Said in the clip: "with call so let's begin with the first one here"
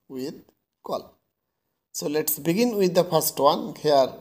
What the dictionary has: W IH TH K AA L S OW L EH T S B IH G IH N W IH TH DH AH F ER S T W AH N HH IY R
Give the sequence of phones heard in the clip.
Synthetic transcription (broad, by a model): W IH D K AA L S OW L EH T S B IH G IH N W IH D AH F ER S T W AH N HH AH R